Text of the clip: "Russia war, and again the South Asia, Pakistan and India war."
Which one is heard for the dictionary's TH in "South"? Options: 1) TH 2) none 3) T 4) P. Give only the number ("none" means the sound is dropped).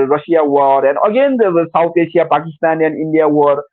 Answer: 3